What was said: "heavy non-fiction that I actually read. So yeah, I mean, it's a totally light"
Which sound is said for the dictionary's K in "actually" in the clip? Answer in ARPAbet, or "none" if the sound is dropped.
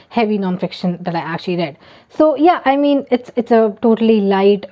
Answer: K